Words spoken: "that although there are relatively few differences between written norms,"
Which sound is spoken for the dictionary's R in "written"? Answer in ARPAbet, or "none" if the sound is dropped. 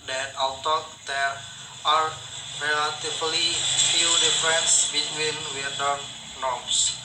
W